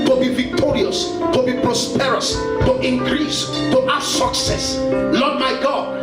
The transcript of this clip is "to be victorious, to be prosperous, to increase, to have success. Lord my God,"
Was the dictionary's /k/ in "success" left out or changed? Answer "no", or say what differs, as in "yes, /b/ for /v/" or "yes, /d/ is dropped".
no